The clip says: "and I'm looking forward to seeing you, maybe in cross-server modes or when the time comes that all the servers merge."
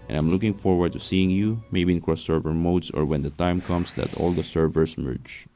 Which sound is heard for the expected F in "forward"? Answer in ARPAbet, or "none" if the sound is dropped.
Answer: F